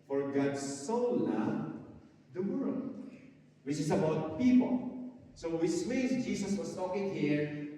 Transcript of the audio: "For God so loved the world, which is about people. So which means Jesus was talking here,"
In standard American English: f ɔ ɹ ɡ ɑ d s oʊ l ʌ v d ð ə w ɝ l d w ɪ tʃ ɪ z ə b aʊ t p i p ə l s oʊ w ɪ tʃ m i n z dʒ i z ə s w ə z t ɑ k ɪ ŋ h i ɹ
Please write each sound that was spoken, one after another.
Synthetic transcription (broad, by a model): f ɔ ɹ ɡ ɑ d s oʊ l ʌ d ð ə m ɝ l w ɪ tʃ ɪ s ə b aʊ t p i p ə l s oʊ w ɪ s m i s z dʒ i s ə s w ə s t ɑ k ɪ ŋ h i ɹ